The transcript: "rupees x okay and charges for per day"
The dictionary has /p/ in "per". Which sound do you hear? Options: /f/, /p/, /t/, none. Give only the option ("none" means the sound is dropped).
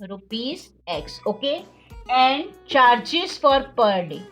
/p/